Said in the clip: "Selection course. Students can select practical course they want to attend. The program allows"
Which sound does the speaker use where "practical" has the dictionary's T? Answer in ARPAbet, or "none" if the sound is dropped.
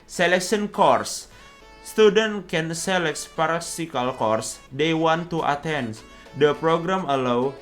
S